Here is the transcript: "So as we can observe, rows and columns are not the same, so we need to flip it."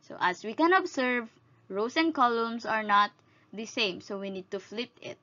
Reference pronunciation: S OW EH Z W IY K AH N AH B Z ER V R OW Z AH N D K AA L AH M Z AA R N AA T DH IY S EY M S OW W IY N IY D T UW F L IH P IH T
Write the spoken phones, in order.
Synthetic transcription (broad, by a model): S OW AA S W IY K AH N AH B S ER V R OW S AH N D K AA L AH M S AA R N AA T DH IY S EY M S OW W IY N IY D T UW F L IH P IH T